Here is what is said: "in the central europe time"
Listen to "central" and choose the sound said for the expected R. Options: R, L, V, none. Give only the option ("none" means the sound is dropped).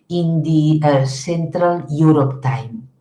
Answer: R